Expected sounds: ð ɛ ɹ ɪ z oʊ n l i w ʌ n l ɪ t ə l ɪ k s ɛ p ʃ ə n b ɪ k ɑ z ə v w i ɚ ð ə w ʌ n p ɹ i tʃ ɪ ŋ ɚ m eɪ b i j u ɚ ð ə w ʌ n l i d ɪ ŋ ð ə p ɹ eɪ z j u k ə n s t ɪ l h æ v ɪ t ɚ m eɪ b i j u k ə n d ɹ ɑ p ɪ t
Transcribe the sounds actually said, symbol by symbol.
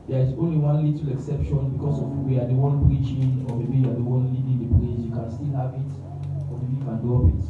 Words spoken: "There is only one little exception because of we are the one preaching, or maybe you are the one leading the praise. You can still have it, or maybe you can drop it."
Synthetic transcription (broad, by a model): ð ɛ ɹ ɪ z oʊ n l i w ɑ n l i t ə l ɪ k s ɛ p ʃ ə n b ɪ k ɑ s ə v w i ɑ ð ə w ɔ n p ɹ i tʃ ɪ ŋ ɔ m eɪ b i j u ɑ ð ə w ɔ n l i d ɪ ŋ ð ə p l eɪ s j u k ə n s t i l h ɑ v ɪ t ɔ m eɪ b i j u k ə n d ɑ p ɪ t